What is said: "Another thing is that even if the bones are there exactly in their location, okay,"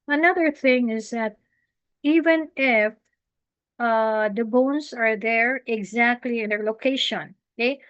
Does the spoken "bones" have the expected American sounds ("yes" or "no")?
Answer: no